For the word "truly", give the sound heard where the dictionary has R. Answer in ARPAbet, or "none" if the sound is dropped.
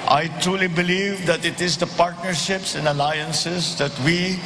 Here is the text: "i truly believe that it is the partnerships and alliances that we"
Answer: R